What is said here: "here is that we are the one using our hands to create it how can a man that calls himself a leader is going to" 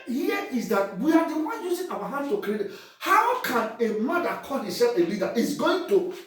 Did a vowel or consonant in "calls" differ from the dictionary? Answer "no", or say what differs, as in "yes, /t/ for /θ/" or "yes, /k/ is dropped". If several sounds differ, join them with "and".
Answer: yes, /z/ is dropped